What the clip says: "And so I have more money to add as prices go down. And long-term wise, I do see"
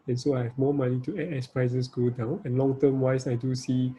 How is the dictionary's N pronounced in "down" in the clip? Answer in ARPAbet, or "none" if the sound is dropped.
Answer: N